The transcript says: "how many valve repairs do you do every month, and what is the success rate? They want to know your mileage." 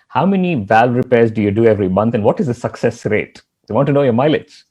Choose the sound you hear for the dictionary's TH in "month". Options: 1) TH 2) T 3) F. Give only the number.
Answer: 2